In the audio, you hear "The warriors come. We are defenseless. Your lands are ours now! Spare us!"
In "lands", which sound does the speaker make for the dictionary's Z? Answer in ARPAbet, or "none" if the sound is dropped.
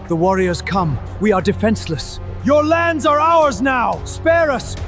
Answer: Z